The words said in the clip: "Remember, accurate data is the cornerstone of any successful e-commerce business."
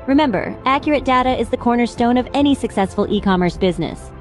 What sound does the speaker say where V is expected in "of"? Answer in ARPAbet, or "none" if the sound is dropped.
V